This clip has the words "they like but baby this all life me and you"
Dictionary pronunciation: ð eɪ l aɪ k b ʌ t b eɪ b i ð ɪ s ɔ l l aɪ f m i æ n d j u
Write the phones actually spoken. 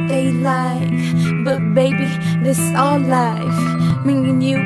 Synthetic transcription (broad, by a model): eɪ l aɪ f b ʌ t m eɪ b i ð ɪ s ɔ n l aɪ f m i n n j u